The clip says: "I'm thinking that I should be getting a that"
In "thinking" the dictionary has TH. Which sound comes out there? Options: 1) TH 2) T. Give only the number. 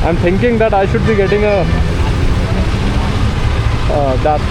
2